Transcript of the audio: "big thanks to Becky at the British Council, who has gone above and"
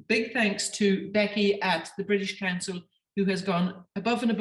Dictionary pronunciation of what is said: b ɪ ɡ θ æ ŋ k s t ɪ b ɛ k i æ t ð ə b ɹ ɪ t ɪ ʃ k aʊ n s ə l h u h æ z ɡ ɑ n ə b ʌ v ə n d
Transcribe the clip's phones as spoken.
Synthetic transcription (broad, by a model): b ɪ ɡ θ æ ŋ k s t ɪ b ɛ k i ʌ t ð ə b ɹ ɪ t ɪ ʃ k aʊ n s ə l h u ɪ z ɡ ɑ n ə b ʌ v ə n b